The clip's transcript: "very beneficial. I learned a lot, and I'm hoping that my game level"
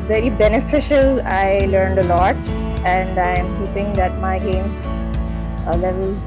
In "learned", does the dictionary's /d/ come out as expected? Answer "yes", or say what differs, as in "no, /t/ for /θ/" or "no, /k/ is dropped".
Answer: yes